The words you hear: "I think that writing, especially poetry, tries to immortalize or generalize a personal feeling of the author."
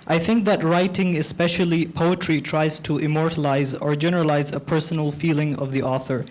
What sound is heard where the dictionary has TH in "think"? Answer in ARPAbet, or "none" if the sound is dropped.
TH